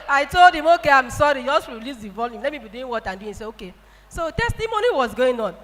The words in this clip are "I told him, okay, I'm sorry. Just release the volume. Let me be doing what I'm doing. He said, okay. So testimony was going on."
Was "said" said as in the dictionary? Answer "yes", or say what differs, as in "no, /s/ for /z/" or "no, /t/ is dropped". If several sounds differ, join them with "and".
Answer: no, /d/ is dropped